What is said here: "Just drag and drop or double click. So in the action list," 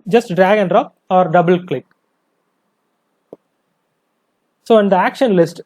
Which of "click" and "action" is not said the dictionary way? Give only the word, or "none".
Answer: none